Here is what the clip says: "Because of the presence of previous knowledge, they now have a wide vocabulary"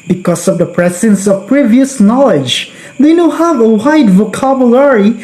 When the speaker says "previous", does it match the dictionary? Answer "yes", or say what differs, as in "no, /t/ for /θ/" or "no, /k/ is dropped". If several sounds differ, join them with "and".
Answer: yes